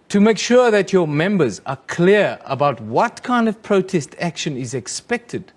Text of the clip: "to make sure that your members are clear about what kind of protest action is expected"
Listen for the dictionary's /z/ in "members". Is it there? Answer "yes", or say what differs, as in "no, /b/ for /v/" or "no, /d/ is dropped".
yes